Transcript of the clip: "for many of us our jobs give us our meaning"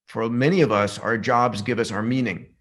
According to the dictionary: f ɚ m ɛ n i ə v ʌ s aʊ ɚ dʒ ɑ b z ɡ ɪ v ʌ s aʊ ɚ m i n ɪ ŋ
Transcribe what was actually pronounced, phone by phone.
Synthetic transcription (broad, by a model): f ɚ m ɛ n i ə v ʌ s aʊ ɚ dʒ ɑ b z ɡ ɪ v ʌ s aʊ ɚ m i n ɪ ŋ